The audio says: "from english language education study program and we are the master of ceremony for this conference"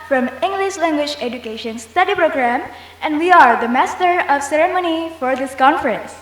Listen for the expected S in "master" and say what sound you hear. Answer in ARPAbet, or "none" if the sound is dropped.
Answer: S